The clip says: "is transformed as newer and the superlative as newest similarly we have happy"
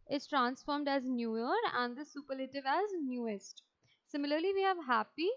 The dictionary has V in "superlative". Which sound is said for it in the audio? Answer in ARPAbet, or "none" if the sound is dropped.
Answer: V